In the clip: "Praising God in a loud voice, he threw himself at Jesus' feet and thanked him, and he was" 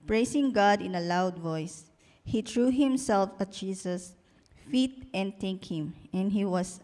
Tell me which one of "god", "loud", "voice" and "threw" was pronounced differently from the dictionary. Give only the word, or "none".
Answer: threw